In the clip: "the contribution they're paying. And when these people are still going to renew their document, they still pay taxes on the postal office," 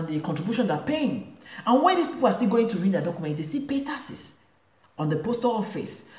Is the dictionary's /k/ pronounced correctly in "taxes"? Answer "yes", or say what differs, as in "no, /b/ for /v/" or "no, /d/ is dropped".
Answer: no, /k/ is dropped